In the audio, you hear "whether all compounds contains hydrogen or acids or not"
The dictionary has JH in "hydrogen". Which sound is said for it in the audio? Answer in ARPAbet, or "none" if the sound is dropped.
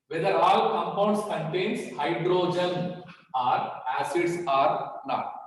JH